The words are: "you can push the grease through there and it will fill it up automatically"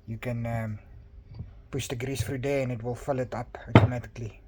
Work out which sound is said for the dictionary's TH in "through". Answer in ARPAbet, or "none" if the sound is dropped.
F